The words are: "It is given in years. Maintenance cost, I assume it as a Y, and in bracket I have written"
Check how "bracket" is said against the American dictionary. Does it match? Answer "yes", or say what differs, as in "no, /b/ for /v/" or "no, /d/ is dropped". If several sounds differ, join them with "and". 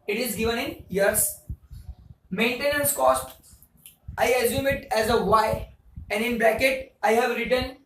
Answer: no, /l/ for /ɹ/